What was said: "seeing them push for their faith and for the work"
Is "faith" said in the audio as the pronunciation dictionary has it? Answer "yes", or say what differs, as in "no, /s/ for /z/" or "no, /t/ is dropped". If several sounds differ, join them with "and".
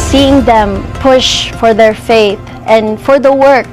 yes